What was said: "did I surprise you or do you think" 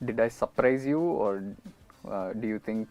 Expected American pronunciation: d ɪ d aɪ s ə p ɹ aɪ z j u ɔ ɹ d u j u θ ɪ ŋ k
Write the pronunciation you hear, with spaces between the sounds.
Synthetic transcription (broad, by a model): d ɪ d aɪ s ə p ɹ aɪ z j u ɔ ɹ d u j u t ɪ ŋ k